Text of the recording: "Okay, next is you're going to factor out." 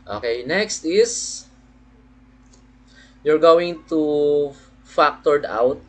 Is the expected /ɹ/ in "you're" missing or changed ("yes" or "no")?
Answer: no